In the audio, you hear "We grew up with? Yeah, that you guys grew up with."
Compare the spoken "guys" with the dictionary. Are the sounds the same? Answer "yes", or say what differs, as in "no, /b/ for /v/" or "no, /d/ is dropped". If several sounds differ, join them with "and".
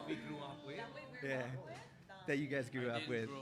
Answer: yes